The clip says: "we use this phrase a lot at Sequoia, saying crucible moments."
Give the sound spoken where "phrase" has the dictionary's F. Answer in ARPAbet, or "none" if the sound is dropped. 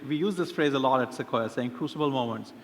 F